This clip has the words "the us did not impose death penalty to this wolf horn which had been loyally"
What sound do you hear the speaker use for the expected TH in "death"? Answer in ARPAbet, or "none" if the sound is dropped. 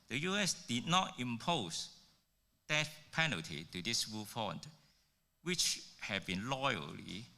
T